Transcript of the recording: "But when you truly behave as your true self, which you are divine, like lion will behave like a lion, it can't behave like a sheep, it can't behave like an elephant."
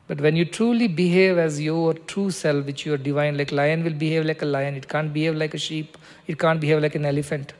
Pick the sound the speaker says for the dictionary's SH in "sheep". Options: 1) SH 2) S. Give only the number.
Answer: 1